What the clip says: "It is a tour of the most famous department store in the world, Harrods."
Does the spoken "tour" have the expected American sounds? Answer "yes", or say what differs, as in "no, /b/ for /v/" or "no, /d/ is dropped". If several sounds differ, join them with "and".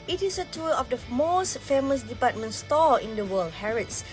no, /l/ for /ɹ/